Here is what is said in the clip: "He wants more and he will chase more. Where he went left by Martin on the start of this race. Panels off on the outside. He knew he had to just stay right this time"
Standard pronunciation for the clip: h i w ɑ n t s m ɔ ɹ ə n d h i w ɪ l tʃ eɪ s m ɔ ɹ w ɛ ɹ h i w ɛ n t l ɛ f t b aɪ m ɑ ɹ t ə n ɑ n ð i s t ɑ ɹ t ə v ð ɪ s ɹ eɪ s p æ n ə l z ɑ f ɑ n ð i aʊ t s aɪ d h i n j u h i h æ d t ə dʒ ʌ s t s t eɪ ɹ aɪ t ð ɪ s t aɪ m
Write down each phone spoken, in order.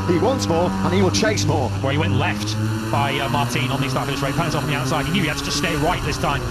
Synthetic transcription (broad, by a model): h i w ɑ n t s m ɔ ɹ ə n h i w ɪ l tʃ eɪ s m ɔ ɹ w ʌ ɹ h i w ɛ n t l ɛ f t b aɪ m ɑ ɹ t ə n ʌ n ð i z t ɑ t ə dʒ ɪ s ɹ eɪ p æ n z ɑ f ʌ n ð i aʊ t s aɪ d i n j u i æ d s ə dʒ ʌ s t s t eɪ ɹ aɪ t ð ɪ s t aɪ m